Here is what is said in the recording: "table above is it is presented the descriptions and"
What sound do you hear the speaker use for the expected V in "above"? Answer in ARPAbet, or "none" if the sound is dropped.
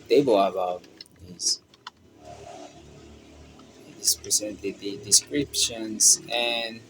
none